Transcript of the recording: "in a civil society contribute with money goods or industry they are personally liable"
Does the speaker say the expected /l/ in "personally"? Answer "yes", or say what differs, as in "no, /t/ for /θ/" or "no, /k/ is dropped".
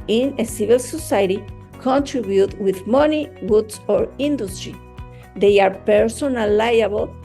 no, /l/ is dropped